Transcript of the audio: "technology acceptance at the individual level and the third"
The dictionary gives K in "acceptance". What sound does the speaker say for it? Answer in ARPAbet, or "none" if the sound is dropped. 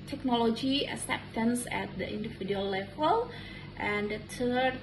none